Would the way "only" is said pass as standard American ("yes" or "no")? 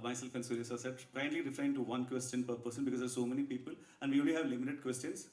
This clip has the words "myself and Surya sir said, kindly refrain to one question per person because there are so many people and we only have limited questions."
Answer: no